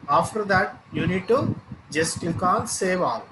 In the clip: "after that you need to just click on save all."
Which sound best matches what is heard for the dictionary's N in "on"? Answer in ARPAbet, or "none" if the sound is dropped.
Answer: L